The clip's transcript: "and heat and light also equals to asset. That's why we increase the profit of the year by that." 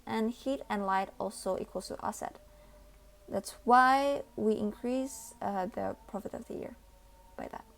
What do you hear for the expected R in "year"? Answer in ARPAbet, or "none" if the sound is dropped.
R